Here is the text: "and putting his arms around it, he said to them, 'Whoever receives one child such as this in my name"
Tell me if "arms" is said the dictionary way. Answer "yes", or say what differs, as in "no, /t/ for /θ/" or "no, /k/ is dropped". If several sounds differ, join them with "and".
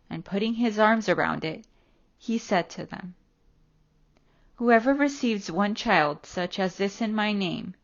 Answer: yes